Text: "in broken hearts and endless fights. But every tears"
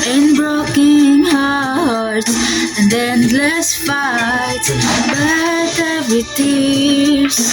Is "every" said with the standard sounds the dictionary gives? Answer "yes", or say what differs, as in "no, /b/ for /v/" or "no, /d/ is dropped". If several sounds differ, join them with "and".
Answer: no, /ɹ/ is dropped